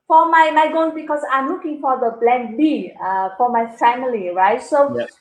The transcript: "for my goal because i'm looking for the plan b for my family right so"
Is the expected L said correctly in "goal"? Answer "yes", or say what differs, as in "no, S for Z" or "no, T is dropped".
no, N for L